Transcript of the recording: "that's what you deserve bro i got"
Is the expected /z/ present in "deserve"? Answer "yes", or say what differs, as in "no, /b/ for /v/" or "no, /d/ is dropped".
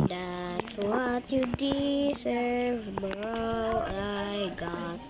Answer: no, /s/ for /z/